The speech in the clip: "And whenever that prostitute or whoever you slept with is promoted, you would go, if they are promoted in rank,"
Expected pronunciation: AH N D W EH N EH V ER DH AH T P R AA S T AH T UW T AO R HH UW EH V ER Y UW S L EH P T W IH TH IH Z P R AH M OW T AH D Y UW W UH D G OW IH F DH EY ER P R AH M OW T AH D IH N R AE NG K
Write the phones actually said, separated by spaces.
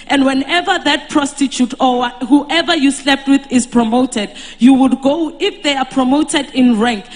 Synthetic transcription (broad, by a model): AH N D W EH N EH V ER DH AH T P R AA S T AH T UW T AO W HH UW EH V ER Y UW S L EH P T W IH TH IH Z P R AH M OW T AH D Y UW W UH D G OW IH F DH EY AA P R AH M OW T AH D IH N R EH NG K